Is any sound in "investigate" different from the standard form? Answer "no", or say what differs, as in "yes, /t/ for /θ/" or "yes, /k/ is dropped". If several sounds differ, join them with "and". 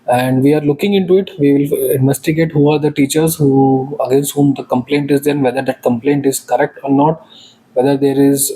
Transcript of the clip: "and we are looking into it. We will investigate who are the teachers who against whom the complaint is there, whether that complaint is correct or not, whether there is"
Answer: no